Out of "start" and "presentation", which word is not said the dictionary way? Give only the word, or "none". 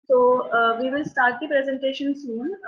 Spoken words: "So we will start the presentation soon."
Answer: none